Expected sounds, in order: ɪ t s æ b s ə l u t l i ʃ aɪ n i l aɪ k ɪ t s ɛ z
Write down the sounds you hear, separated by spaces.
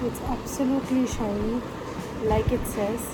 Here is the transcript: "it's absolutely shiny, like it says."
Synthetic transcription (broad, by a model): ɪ t s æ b s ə l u t l i ʃ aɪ i l aɪ k ɪ t s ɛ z